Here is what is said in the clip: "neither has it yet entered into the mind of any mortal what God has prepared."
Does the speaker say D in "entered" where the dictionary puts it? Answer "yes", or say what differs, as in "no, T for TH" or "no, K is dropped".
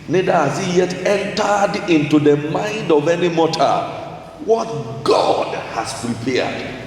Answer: yes